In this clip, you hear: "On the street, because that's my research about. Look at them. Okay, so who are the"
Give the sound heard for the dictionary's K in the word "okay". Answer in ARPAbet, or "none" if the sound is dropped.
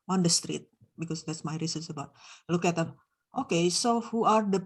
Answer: K